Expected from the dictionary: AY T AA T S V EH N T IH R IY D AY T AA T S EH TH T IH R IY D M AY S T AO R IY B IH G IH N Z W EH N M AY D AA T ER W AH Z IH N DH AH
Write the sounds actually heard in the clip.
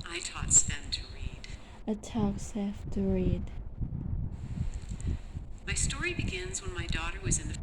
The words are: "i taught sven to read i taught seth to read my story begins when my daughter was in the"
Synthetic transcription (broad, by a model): AY T AA T S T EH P T IH R IY D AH T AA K S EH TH T IH R IY D M AY S T AO R IY B IH G IH N Z W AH N M AY D AA T ER W AH Z IH N DH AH